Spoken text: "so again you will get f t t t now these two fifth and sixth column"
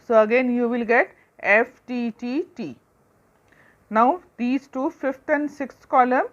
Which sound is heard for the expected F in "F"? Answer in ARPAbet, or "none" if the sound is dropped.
F